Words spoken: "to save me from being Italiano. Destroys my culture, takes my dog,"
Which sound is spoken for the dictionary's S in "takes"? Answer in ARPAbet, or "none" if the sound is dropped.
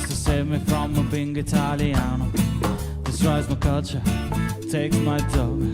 none